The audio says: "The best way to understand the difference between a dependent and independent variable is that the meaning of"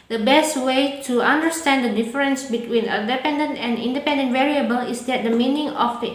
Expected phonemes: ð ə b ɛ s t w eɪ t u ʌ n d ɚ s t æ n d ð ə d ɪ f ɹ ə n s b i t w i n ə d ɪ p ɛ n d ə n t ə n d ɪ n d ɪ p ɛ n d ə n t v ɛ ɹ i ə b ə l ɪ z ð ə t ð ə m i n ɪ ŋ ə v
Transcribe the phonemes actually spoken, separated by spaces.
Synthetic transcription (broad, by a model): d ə b ɛ s t w eɪ t u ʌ n d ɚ s t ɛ n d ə d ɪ f ɹ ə n s b i t w i n ə d ɪ p ɛ n d ə n t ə n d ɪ n d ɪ p ɛ n d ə n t v ɛ ɹ i ə b ə l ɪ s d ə t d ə m i n ɪ ŋ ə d